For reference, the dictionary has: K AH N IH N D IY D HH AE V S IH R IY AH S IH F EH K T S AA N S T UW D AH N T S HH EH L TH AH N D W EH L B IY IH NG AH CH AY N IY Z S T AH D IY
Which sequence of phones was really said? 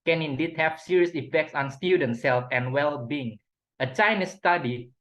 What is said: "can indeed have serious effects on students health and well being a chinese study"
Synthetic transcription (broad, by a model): K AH N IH N D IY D HH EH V S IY R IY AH S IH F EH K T S AA N S T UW D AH N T S EH L F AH N W EH L B IY IH NG AH CH AY N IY S T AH D IY